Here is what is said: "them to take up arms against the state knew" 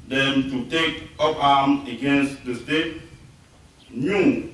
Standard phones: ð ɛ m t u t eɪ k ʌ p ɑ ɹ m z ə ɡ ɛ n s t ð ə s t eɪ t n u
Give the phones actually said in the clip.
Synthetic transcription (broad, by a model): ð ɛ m t u t eɪ k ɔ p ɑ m ə ɡ ɛ n s t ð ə s t eɪ t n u